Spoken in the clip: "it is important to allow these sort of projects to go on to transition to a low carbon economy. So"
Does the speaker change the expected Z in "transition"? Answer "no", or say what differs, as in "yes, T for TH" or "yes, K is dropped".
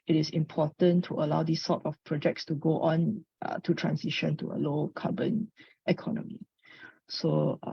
yes, S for Z